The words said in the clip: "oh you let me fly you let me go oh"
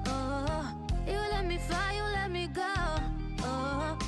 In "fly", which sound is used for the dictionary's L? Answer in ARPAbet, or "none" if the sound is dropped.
none